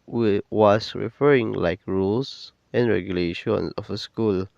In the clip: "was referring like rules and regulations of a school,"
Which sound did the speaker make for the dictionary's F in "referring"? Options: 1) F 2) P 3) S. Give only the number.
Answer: 1